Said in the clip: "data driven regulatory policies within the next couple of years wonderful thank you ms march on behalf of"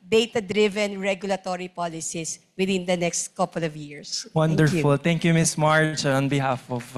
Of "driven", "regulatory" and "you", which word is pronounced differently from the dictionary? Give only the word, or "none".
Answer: none